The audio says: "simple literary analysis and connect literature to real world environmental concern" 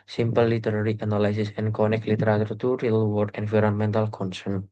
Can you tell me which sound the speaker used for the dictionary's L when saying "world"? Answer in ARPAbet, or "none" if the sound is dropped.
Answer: none